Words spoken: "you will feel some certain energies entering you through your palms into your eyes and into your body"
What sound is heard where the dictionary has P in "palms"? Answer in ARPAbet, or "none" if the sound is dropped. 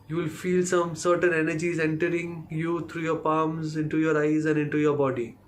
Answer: P